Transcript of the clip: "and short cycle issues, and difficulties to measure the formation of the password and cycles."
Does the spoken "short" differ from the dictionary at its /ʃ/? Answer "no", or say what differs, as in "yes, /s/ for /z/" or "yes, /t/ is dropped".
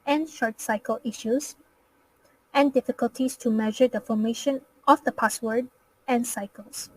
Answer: no